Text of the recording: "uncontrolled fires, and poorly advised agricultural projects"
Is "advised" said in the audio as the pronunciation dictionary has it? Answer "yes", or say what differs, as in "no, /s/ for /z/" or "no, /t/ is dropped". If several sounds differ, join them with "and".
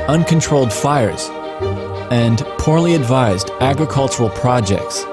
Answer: yes